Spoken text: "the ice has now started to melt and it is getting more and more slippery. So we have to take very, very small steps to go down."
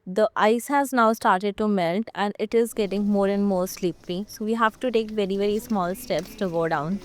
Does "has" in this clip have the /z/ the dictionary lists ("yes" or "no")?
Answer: yes